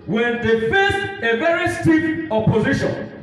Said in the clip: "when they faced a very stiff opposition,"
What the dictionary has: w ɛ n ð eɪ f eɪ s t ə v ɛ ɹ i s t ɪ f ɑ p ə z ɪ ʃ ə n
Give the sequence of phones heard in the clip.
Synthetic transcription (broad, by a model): w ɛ n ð eɪ f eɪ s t ə v ɛ ɹ i s t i p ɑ p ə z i ʃ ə n